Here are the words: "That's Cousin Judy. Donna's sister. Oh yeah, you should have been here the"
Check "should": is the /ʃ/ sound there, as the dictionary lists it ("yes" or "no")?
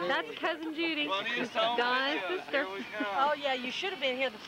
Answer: yes